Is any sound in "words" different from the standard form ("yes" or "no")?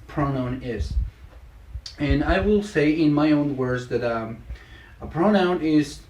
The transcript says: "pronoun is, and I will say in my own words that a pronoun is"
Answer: no